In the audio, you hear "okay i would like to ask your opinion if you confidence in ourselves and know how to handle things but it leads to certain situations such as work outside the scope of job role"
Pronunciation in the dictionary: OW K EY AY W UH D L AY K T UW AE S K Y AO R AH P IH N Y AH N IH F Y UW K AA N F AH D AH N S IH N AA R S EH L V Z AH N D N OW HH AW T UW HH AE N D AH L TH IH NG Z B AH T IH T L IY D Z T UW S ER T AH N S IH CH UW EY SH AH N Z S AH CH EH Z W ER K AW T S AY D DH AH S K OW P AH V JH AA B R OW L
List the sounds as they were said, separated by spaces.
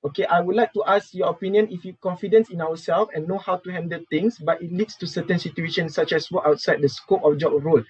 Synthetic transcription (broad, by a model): OW K EY AY W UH D L AY K T UW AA S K Y AO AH P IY N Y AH N IH F Y UW K AA N F AH D AH N S IH N AA W S EH L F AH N N OW HH AW T UW HH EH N D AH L T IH NG S B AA T IH T L IY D S T UW S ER T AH N S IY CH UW EY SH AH N S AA CH EH S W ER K AW T S AY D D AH S K OW P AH F JH AA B R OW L